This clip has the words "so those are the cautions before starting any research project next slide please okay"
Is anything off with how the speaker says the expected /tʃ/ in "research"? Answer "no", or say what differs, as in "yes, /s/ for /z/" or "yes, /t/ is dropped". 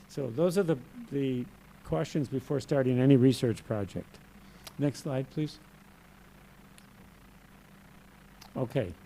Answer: no